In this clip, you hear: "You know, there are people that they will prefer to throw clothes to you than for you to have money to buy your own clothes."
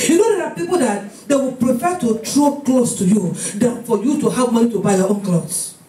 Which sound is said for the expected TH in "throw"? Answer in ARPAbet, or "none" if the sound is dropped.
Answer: T